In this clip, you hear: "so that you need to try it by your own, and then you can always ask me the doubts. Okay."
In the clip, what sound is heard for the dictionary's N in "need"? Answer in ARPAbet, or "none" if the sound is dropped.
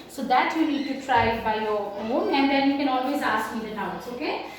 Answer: L